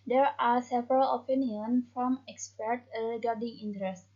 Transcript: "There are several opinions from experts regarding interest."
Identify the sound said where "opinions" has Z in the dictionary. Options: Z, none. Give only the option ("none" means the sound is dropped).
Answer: none